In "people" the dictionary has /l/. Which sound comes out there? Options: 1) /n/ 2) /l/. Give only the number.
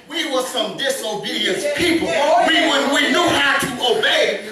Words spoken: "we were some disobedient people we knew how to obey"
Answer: 1